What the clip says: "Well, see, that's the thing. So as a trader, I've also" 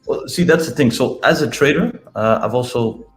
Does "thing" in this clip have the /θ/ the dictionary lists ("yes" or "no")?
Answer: yes